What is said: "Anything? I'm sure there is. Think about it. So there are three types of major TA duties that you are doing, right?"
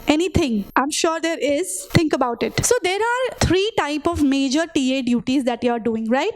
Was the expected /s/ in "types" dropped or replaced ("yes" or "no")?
yes